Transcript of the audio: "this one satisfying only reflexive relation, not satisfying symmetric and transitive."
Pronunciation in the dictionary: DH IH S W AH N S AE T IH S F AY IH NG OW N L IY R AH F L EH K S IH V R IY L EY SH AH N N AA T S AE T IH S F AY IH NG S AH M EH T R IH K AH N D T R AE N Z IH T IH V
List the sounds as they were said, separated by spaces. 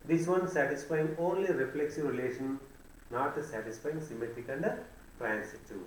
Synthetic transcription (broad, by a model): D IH S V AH N S AE T IH S F AY IH NG OW N L IY R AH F L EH K S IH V R IY L EY SH AH N N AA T S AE T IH S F AY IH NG S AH M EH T IH K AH N D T R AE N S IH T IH